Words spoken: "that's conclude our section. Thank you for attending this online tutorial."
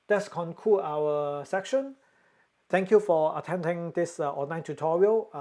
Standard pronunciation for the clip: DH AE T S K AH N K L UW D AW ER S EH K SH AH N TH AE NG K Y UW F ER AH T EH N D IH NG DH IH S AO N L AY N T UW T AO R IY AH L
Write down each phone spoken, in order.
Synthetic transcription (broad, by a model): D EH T S K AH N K UW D AW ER S EH K SH AH N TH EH NG K Y UW F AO AH T EH N D IH NG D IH S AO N AY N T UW T AO R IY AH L